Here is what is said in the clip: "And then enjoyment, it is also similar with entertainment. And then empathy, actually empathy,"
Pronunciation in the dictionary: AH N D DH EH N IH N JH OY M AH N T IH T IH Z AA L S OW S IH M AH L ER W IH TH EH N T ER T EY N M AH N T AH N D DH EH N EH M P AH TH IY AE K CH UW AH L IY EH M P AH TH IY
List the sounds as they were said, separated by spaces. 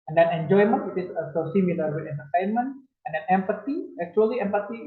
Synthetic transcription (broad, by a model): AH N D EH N IH N JH OY M AH N T IH T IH S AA S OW S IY M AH L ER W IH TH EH N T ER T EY N M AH N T AH N D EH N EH M P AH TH IY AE K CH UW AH L IY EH M P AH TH IY